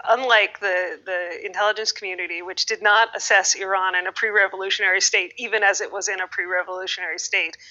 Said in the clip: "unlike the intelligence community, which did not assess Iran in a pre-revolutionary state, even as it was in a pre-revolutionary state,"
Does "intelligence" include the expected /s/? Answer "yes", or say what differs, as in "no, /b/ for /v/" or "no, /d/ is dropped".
yes